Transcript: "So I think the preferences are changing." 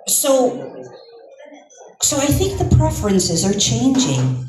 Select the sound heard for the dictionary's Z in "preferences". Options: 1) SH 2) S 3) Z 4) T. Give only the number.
3